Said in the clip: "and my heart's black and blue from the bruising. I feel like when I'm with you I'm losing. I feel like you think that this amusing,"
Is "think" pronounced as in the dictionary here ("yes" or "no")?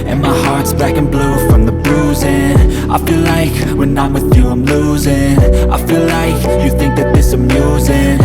yes